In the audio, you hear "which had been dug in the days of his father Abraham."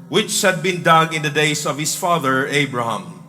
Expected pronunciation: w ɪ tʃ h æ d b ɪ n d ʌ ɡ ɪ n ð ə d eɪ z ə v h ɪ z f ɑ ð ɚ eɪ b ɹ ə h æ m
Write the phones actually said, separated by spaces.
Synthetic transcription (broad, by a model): w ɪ tʃ h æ d b ɪ n d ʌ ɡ ɪ n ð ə d eɪ s ə v h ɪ s f ɑ ð ɚ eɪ b ɹ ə h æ m